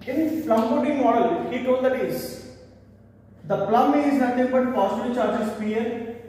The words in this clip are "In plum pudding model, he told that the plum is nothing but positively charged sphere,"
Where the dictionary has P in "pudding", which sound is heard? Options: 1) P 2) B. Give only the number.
2